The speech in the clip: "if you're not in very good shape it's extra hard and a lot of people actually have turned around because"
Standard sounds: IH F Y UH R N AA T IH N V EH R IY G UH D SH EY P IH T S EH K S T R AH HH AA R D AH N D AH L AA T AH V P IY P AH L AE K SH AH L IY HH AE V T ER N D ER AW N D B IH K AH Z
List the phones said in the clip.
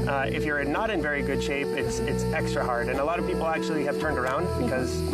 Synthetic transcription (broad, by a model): IH F Y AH R N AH T IH N V EH R IY G UH D SH EY P IH T S EH K S T R AH HH AA R D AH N AH L AA T AH V P IY P L AE K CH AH L IY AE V T ER N D ER AW N D B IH K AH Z